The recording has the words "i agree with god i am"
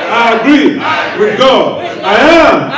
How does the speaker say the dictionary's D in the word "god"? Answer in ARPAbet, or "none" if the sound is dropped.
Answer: none